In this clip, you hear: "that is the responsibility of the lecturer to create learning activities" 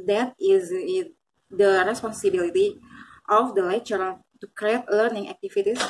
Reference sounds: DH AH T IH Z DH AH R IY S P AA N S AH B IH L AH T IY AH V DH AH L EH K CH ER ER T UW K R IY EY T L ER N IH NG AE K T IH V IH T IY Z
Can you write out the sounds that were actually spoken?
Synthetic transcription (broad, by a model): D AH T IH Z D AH R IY S P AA N S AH B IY L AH T IY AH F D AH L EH CH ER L T UW K R IY EY T L ER N IH NG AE K T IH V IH T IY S